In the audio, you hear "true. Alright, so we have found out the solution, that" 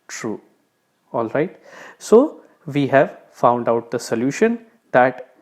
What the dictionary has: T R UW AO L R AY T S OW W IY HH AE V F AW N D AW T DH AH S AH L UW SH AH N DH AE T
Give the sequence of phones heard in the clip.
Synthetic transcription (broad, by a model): T R UW AO L R AY T S OW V IY HH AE V F AW N D AW T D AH S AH L UW SH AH N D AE T